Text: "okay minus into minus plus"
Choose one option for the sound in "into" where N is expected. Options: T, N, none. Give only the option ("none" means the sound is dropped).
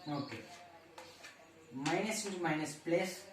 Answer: none